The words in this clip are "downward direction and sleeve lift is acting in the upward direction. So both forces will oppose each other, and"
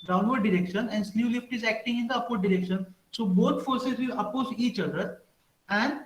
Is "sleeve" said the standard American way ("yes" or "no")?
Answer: no